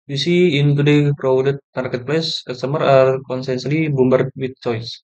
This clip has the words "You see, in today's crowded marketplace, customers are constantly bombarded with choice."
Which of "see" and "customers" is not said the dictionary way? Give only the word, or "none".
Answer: customers